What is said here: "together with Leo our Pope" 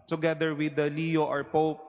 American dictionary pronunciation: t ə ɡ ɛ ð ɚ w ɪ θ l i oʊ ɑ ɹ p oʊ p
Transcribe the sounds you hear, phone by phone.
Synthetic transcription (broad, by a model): t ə ɡ ɛ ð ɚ w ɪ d l i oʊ ɑ ɹ p oʊ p